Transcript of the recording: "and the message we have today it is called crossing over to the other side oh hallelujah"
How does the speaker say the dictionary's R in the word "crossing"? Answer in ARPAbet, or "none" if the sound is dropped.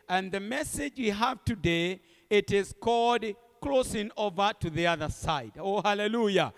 L